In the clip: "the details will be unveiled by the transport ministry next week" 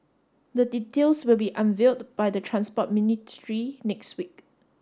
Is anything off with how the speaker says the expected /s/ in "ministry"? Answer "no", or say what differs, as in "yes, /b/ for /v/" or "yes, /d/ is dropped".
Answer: yes, /s/ is dropped